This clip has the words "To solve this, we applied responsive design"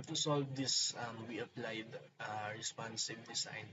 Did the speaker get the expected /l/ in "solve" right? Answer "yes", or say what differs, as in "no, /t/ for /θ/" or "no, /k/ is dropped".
yes